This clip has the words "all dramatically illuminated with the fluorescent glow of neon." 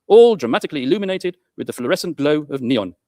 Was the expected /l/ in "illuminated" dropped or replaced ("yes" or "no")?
no